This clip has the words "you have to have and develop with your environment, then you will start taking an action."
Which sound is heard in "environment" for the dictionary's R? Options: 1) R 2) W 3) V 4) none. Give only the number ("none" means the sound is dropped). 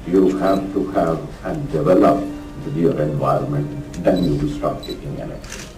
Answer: 1